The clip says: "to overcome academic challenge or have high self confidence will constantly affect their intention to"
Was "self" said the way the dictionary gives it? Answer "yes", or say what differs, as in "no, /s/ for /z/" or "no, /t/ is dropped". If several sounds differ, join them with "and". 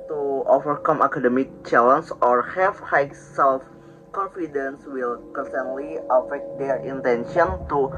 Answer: yes